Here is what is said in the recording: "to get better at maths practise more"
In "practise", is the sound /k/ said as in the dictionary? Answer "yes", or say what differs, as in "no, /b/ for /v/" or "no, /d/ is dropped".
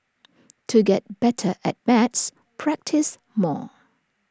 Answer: yes